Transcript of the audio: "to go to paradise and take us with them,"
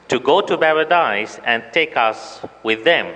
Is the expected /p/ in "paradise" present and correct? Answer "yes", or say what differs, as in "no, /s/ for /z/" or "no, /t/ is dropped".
no, /b/ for /p/